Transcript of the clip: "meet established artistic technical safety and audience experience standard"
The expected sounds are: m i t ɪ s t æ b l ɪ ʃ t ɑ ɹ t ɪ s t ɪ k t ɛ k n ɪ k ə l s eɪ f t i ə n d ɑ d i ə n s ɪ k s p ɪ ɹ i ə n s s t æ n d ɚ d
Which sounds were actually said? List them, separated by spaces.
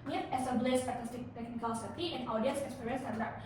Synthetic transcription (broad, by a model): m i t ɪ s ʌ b l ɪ s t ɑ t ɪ s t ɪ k t ɛ k n ɪ k ə l s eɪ t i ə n ɑ d i ə n s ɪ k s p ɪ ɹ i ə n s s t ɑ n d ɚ